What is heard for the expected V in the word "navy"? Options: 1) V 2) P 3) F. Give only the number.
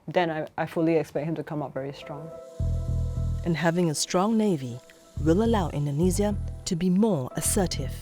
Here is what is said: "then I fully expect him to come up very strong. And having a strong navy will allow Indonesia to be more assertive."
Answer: 1